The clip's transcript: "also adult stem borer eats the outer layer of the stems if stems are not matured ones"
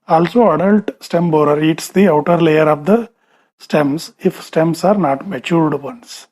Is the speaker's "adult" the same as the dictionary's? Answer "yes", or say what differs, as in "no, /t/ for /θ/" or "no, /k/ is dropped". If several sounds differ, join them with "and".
yes